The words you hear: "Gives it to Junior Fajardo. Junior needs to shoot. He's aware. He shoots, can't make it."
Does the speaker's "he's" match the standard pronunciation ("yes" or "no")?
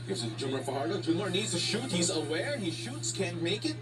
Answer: yes